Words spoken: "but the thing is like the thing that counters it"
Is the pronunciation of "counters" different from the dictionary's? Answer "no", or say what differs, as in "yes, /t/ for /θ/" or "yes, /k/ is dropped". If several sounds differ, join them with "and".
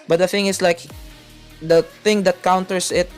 yes, /s/ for /z/